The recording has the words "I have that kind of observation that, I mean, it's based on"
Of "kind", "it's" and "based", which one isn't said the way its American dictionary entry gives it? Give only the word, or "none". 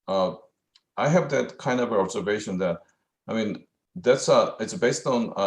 none